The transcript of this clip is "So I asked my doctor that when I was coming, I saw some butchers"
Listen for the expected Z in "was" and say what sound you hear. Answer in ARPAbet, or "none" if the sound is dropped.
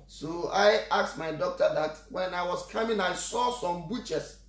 S